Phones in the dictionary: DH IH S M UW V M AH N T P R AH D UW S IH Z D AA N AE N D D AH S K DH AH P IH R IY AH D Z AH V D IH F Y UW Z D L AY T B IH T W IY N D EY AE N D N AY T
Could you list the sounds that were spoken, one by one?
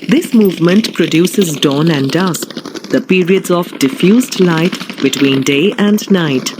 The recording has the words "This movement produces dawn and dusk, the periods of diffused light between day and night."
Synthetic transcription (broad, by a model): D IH S M UW V M AH N T P R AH D UW S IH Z D AA N AE N D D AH S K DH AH P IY R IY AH D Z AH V D IH F Y UW Z D L AY T B IH T W IY N D EY AE N D N AY T